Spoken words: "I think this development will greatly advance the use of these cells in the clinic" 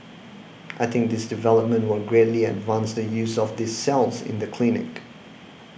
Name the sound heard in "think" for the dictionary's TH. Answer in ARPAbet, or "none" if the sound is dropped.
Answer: TH